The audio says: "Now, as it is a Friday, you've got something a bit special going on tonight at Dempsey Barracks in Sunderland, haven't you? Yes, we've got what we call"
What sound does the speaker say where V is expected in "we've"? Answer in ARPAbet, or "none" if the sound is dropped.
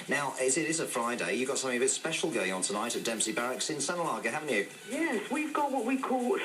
V